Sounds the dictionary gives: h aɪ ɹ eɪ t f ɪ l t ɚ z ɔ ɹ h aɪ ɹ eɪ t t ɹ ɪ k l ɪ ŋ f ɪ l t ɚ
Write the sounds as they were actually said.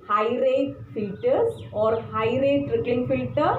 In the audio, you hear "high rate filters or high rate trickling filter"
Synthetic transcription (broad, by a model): h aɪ ɹ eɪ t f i t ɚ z ɔ ɹ h aɪ ɹ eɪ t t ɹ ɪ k ɪ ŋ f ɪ l t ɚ